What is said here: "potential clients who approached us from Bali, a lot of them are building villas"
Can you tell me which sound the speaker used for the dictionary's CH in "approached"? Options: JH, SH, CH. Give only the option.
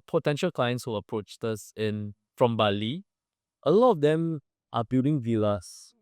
CH